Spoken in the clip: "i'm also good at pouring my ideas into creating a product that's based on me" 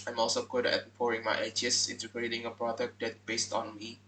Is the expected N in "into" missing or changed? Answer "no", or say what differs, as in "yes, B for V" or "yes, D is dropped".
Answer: no